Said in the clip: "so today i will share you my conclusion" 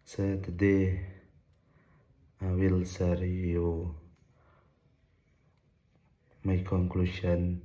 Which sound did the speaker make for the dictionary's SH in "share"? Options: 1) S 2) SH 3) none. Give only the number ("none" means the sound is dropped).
1